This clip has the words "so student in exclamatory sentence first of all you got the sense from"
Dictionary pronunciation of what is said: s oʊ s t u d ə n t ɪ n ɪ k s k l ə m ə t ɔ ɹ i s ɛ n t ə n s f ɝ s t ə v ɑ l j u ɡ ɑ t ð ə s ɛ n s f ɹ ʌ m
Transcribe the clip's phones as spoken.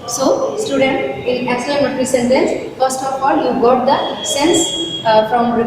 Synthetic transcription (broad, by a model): s oʊ s t u d ə n t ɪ l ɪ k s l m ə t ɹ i s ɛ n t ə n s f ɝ s t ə f ɑ l j u ɡ ɑ t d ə s ɛ n s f ɹ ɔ m